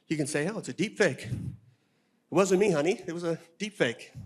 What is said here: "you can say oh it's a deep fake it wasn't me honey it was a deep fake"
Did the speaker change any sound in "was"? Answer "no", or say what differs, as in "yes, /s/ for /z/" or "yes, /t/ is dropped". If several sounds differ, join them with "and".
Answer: no